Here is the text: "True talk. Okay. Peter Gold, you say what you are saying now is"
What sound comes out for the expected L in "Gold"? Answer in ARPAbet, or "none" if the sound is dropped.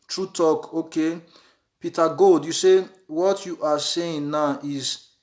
none